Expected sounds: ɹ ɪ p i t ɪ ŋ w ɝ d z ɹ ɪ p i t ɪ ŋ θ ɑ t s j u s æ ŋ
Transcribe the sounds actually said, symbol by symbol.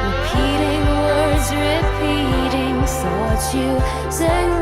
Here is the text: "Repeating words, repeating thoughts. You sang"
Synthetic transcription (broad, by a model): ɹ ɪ p i t ɪ ŋ w ɝ d z ɹ ɪ p i t ɪ ŋ s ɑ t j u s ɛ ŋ